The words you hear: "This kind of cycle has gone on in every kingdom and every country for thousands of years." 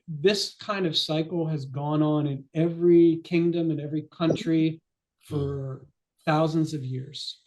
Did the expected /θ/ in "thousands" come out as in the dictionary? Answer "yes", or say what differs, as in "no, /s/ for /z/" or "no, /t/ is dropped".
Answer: yes